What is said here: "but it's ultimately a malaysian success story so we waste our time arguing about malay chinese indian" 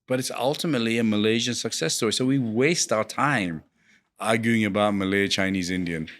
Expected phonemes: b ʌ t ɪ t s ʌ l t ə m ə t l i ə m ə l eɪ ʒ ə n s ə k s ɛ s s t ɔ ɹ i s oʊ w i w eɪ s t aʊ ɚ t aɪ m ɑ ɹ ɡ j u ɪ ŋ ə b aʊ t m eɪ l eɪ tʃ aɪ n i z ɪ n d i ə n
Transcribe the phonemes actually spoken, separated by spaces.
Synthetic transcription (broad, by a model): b ʌ t ɪ t s ʌ l t ə m ə t l i ə m ə l eɪ ʒ ə n s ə k s ɛ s s t ɔ ɹ i s oʊ w i w eɪ s t aʊ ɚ t aɪ m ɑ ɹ ɡ j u ɪ ŋ ə b aʊ t m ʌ l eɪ tʃ aɪ n i z ɪ n d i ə n